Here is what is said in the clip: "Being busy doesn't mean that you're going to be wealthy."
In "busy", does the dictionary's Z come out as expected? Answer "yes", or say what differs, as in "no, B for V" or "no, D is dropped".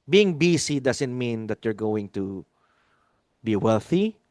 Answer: no, S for Z